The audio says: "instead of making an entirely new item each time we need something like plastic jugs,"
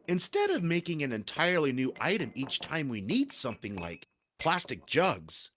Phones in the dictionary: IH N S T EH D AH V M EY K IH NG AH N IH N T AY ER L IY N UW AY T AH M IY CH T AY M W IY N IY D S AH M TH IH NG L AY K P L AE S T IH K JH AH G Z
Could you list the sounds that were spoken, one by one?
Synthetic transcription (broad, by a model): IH N S T EH D AH V M EY K IH NG AH N IH N T AY ER L IY N UW AY T AH M IY CH T AY M W IY N IY D S AH M TH IH NG L AY K P L AE S T IH K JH AH G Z